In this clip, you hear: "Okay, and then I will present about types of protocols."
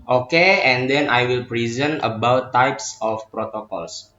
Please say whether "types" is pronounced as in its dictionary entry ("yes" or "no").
yes